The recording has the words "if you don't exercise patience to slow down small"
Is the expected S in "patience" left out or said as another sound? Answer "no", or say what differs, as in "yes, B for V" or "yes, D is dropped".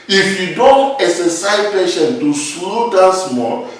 yes, S is dropped